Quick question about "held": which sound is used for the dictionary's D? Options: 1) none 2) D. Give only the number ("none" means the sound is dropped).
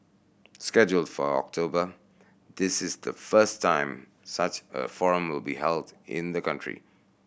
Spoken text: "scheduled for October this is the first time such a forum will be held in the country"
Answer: 2